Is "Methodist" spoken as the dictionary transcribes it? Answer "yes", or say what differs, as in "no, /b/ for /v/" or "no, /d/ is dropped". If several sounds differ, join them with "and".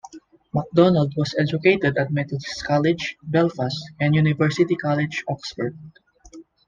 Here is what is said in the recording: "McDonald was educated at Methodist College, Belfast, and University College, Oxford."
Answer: no, /t/ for /θ/